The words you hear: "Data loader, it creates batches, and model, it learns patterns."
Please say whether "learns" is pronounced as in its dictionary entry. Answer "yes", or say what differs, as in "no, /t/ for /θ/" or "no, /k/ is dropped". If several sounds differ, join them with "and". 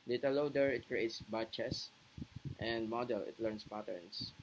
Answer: no, /s/ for /z/